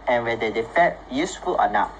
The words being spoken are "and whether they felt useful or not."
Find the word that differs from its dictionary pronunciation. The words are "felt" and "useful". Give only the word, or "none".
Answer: felt